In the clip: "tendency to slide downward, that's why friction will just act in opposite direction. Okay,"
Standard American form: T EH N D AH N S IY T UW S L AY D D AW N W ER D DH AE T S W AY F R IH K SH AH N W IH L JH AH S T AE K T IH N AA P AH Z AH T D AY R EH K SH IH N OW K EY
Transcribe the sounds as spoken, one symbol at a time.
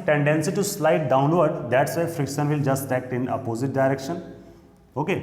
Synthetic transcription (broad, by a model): T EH N D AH N S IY T UW S L AY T D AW N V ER D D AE T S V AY F R IH K SH AH N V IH L JH AH S T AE K T IH N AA P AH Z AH T D AY R EH K SH IH N OW K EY